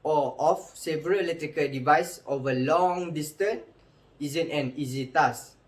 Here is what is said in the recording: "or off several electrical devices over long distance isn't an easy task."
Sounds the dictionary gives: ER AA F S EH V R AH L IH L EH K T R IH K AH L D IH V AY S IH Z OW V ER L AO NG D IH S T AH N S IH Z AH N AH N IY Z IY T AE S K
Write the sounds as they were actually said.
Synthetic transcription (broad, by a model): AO AA F S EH V AH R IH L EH T R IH K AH L D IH V AY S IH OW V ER L AO NG D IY S T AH N IY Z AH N AH N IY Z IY T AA S